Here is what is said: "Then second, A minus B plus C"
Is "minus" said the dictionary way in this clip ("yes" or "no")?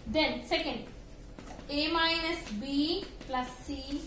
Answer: no